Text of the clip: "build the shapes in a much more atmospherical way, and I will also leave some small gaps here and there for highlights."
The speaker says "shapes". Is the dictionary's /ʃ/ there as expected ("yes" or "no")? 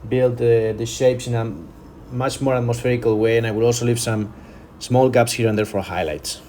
yes